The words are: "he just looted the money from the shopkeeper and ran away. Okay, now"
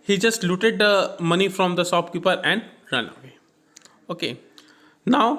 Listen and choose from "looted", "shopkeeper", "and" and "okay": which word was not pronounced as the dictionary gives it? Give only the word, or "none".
shopkeeper